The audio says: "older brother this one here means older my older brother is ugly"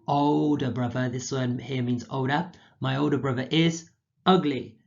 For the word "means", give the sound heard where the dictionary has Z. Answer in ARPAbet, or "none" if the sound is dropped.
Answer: Z